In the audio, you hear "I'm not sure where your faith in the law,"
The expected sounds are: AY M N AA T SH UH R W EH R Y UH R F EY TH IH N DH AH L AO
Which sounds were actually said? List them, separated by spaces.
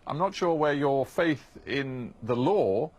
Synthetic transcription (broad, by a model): AY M N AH T SH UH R W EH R Y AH R F EY TH IH N DH AH L AO